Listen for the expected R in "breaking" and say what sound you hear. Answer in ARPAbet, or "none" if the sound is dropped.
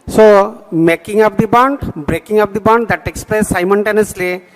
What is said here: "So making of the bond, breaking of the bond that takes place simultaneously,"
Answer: R